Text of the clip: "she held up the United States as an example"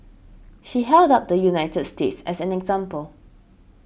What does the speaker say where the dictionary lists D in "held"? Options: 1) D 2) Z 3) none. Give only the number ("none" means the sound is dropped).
1